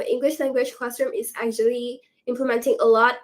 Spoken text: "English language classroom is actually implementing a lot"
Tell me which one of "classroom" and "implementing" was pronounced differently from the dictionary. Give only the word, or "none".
classroom